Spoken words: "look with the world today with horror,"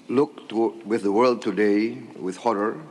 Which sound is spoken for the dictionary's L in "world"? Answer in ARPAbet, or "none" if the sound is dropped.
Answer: L